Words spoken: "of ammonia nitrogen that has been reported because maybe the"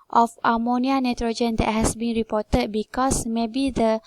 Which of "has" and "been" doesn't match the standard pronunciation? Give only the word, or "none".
has